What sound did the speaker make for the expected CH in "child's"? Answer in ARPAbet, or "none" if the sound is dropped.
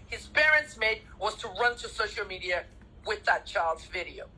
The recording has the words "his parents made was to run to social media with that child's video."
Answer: CH